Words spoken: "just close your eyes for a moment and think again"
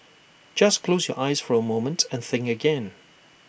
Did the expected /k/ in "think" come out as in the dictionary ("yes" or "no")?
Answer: no